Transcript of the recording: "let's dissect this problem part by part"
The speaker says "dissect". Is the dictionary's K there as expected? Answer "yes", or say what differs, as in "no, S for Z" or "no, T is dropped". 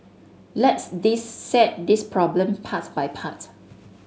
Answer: no, K is dropped